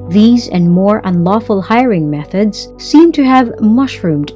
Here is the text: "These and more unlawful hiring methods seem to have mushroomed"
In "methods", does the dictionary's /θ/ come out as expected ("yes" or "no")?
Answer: yes